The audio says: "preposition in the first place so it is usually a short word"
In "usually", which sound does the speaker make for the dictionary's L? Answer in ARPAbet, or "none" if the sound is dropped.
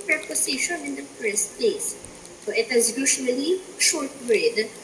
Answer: N